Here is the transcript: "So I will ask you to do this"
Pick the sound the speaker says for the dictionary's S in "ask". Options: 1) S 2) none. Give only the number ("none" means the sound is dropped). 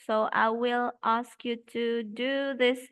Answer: 1